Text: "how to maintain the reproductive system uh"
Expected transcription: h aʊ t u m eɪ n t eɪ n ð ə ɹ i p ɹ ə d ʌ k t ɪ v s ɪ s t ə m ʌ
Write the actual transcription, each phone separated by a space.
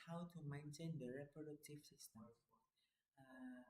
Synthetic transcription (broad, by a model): h aʊ t u m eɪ n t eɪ n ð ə ɹ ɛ p ə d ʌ t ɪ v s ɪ s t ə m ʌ